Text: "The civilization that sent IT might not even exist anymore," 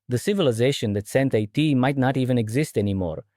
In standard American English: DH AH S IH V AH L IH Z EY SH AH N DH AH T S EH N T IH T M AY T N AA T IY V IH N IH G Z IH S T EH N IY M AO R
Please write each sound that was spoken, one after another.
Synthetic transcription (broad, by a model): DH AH S IH V AH L IH Z EY SH AH N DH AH T S EH N T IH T M AY T N AA T IY V IH N IH G Z IH S T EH N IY M AO R